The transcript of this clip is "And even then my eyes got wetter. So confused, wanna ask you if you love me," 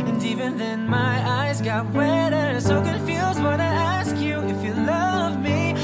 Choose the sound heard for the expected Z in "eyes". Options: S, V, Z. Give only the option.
Z